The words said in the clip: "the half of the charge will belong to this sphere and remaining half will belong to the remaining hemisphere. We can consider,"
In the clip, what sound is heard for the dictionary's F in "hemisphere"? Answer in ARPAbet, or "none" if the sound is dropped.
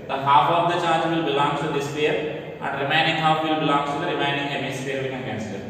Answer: none